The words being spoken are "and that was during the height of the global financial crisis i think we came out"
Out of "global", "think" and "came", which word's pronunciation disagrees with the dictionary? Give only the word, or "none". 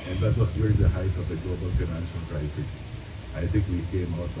think